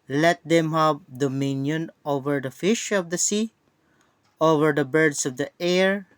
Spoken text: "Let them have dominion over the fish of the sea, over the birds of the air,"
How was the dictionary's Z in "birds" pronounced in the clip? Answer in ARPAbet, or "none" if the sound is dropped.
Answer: S